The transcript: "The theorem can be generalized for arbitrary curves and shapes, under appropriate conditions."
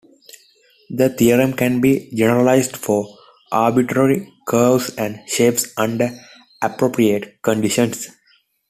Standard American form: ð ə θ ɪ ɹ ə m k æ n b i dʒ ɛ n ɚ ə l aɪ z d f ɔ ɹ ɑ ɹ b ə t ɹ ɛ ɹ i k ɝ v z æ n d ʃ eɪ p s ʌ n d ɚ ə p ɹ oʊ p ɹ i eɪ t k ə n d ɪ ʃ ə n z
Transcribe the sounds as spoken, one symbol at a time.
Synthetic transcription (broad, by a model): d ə t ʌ ɹ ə m k æ n b i dʒ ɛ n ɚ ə l aɪ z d f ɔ ɹ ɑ ɹ b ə t ɹ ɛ ɹ i k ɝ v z æ n d ʃ eɪ p s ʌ n d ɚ ə p ɹ oʊ p ɹ i eɪ t k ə n d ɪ ʃ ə n s